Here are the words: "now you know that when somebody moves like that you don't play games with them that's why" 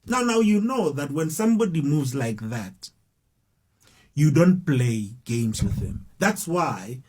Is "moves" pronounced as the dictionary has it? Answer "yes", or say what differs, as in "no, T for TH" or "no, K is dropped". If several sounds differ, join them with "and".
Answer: yes